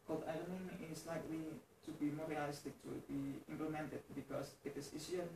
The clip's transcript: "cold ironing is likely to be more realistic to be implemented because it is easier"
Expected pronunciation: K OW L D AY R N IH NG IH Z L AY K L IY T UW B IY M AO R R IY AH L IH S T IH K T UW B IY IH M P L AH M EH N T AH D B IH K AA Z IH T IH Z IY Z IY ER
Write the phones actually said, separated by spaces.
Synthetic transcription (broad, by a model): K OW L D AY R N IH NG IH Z L AY K L IY T UW B IY M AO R R IY AH L IH S T IH K T UW B IY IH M P L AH M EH N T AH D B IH K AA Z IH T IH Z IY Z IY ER